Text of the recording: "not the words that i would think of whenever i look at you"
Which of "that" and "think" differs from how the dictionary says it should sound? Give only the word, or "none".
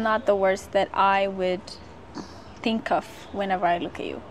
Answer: none